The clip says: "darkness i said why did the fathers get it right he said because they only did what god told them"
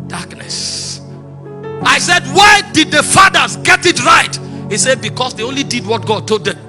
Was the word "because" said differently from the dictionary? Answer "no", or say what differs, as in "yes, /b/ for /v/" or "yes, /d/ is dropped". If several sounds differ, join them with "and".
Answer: yes, /s/ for /z/